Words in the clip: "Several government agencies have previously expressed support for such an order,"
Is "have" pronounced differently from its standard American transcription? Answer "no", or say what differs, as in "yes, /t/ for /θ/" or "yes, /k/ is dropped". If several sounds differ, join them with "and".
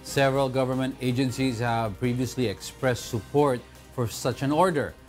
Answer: no